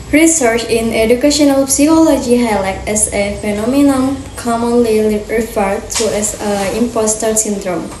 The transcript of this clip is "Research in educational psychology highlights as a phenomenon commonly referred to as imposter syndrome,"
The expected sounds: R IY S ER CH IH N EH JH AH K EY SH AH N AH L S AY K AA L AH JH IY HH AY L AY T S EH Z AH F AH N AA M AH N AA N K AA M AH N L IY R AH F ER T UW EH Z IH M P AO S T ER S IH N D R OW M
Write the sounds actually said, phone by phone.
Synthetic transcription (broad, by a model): R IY S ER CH IH N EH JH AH K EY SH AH N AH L S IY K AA L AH JH IY HH AY L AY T EH S AH F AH N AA M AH N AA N K AA M AH N L IY R AH F ER T UW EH S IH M P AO S T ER S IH N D R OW M